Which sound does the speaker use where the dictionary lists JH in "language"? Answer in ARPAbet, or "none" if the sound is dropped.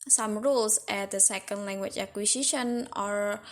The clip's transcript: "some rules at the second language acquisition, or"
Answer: CH